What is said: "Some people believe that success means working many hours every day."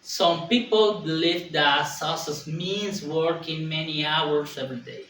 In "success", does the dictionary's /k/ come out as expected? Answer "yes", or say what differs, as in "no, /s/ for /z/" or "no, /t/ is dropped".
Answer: no, /k/ is dropped